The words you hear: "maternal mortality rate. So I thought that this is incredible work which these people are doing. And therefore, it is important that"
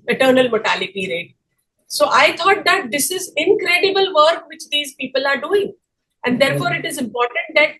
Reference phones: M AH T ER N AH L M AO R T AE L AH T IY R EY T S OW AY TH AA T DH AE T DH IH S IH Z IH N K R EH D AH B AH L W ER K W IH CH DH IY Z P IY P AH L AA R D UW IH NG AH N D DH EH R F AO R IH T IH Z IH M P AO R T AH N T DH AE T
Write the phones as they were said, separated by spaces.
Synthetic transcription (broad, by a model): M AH T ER N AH L M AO T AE L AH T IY R EY T S OW AY T AA T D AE T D IH S IH Z IH N K R EH D AH B AH L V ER K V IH CH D IY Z P IY P AH L AA R D UW IH NG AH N D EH R F AO R IH T IH Z IH M P AO R T AH N T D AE T